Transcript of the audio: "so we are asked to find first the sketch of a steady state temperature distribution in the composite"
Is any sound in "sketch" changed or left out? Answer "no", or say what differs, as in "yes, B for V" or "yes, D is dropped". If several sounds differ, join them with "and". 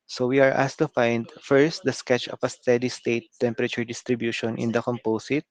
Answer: no